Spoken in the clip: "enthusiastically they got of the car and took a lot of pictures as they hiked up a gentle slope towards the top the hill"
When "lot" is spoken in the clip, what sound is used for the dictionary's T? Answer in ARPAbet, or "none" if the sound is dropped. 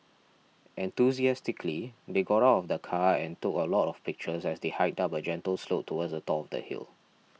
T